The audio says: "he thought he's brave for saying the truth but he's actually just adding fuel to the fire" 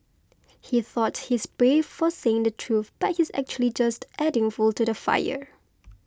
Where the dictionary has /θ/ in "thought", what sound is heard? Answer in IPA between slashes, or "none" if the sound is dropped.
/θ/